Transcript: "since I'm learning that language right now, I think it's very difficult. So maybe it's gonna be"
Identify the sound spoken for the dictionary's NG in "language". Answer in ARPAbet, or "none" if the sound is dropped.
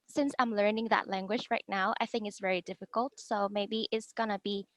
NG